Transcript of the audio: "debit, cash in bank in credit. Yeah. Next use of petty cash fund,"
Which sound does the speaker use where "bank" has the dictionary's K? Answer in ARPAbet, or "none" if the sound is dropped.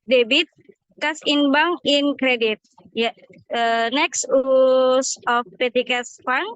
none